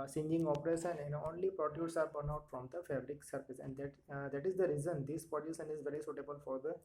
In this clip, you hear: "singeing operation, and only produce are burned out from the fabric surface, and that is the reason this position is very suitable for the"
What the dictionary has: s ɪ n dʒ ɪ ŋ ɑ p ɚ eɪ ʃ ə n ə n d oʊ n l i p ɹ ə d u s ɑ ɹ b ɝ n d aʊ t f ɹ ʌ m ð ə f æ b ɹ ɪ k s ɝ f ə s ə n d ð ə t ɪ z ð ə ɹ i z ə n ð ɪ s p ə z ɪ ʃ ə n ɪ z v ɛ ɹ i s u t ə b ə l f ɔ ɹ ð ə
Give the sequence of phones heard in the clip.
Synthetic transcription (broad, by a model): s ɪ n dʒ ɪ ŋ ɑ p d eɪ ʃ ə n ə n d oʊ n l i p ɹ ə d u s ɑ ɹ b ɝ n aʊ t f ɹ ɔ m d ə f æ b ɹ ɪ k s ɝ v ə s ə n d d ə t ɪ z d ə ɹ i z ə n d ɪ s p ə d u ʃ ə n ɪ z v ɛ ɹ i s u t ə b ə l f ɔ ɹ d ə